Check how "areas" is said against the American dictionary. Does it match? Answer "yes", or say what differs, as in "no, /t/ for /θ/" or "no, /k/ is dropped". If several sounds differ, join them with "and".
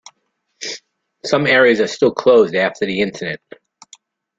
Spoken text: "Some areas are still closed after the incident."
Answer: yes